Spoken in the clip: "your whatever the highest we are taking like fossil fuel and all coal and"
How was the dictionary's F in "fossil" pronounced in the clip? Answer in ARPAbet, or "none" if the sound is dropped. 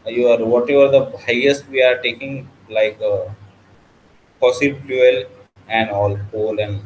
P